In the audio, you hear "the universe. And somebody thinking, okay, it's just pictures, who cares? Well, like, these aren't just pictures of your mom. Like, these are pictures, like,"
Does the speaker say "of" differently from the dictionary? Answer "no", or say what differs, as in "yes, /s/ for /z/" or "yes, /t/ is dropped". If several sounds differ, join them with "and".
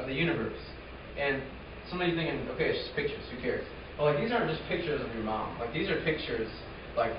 no